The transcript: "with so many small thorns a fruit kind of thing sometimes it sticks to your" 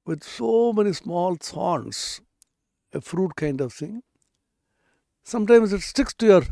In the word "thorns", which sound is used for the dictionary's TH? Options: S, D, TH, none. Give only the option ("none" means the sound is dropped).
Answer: S